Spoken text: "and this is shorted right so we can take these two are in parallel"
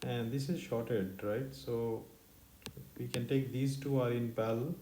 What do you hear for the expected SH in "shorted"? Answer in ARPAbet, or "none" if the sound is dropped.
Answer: SH